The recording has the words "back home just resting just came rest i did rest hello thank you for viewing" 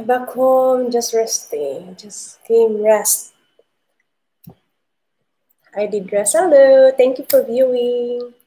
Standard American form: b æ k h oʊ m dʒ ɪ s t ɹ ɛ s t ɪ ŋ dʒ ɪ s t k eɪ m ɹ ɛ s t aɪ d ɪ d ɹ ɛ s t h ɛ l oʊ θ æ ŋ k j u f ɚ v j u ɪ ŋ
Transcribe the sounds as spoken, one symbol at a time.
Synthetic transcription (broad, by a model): b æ k h oʊ m dʒ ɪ s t ɹ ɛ s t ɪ dʒ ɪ s k eɪ m ɹ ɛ s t aɪ d ɪ d ɹ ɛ s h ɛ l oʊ t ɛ ŋ k j u f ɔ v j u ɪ ŋ